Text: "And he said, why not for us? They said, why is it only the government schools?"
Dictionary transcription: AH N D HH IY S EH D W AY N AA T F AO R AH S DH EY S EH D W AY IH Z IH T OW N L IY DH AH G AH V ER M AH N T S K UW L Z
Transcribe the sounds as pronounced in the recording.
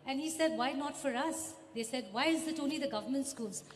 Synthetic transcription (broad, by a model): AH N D HH IY S EH D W AY N AA T F AO R AH S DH EY S EH D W AY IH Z IH T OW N IY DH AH G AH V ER M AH N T S K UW L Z